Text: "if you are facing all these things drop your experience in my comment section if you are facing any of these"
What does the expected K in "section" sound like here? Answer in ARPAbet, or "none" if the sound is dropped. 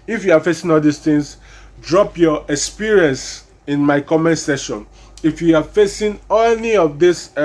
none